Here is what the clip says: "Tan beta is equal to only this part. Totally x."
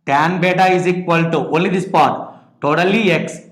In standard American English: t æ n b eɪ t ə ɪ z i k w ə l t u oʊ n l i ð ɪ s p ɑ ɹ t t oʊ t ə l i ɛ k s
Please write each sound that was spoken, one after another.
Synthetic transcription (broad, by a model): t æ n b eɪ t ə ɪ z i k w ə l t u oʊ l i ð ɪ s p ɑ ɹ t t oʊ t ə l i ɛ k s